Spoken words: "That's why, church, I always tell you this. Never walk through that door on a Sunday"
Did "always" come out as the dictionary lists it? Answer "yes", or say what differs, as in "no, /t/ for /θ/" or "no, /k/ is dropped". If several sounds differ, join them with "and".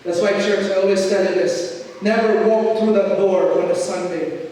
no, /s/ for /z/